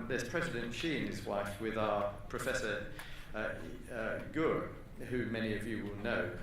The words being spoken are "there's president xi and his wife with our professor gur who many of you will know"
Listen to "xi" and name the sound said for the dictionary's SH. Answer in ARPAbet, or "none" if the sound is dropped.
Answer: SH